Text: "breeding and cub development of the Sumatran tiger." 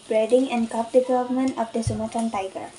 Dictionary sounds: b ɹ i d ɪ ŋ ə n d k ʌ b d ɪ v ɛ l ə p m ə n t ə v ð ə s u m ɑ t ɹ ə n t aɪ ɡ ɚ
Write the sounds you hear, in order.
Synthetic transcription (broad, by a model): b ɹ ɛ d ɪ ŋ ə n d k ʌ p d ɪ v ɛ l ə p m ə n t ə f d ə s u m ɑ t ə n t aɪ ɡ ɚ